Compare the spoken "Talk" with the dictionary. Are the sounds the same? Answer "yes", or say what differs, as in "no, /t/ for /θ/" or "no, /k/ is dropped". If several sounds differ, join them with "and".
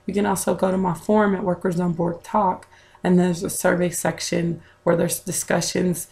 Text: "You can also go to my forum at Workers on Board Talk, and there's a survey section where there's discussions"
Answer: yes